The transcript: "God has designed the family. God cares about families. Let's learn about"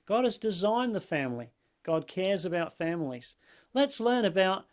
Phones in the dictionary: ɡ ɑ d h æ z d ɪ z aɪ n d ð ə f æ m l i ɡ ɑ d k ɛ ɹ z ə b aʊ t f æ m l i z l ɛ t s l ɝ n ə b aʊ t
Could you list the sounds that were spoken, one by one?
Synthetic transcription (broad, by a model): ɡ ɑ d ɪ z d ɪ z aɪ n ð ə f æ m l i ɡ ɑ d k ɛ ɹ z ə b aʊ t f æ m l i z l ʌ t s l ɝ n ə b aʊ t